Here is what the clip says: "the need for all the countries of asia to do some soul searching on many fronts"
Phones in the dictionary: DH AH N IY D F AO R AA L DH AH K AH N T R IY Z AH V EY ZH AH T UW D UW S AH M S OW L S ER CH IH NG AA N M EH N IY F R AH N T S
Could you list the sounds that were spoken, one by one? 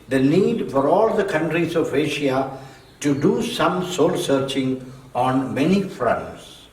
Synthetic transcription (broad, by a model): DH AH N IY D F AO R AA L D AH K AH N T R IY Z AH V EY SH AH T UW D UW S AH M S OW L S ER CH IH NG AA N M EH N IY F R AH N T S